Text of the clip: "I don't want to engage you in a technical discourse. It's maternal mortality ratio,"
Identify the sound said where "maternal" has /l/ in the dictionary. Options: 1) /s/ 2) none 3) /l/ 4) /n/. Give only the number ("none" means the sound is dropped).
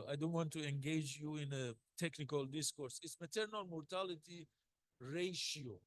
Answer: 3